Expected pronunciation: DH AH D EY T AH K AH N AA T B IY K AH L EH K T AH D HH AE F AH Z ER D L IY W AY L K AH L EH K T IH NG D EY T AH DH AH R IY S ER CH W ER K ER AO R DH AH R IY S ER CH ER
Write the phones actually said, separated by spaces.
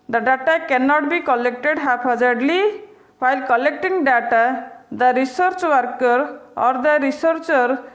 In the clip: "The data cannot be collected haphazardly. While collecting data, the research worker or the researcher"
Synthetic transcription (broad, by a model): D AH D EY T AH K AH N AA T B IY K AH L EH K T AH D HH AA P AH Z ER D L IY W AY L K AH L EH K T IH NG D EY T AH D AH R IY S ER CH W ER K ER AO R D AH R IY S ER CH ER